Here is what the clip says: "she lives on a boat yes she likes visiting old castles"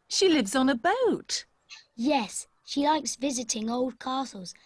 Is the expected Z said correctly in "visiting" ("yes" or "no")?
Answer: yes